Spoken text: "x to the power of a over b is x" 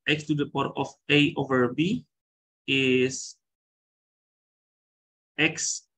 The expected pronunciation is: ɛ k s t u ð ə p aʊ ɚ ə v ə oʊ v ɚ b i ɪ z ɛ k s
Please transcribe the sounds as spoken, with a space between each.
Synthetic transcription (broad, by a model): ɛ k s t u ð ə p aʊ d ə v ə oʊ v ɚ b i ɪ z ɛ k s